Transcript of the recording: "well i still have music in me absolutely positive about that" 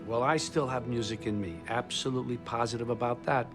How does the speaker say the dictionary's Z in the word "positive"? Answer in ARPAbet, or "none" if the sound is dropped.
Z